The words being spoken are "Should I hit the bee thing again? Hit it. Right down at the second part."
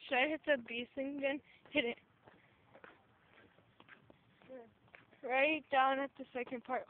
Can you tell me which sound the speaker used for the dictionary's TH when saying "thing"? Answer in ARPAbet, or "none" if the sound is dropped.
S